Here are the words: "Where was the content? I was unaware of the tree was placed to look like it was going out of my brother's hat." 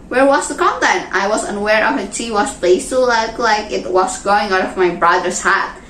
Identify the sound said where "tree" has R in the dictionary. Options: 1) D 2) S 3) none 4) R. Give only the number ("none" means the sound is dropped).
3